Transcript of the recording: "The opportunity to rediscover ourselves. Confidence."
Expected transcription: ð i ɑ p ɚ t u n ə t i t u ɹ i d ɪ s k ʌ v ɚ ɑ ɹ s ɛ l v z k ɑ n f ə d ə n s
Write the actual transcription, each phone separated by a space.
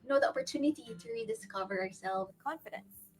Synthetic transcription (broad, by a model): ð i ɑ p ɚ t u n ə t i t u ɹ i d ɪ s k ʌ v ɚ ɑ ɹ s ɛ l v k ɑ n f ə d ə n s